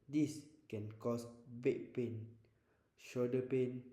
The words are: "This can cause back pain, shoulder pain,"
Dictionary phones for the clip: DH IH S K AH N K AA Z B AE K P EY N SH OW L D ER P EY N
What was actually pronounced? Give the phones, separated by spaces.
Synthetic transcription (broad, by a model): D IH S K AH N K AA S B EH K P EY N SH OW D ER P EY N